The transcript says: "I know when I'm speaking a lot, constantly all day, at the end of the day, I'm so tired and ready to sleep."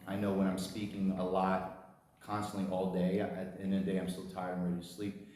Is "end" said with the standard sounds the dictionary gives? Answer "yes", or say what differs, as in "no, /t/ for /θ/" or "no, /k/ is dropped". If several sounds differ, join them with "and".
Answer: no, /d/ is dropped